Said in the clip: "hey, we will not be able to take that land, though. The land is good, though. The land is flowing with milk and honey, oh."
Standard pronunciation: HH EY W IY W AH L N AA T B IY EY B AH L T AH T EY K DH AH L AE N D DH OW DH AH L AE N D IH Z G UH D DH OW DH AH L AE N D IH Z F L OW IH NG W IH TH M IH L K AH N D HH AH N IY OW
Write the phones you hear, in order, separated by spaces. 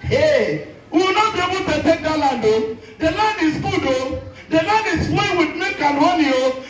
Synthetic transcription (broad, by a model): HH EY W IY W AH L N AA T B IY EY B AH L T AH T EY K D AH L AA N D OW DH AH L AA N D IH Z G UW D OW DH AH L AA N D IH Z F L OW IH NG W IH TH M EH K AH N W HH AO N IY OW